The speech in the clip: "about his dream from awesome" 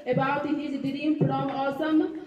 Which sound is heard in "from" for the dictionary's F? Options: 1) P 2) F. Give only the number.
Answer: 1